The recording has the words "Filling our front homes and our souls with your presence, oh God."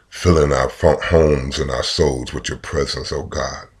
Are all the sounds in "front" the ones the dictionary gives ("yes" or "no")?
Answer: no